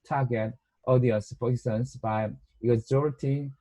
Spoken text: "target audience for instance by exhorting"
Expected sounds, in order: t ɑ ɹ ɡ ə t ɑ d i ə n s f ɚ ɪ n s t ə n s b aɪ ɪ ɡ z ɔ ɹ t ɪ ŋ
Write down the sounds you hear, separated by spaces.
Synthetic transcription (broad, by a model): t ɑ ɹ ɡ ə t ɑ d i ə n s p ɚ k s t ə n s b aɪ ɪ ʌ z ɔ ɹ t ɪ